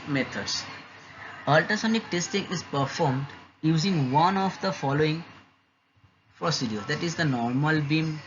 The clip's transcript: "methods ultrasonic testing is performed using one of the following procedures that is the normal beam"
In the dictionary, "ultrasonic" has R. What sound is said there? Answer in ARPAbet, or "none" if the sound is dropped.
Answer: none